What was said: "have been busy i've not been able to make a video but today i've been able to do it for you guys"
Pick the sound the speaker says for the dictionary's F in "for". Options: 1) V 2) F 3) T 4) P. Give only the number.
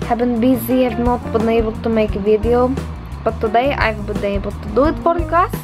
4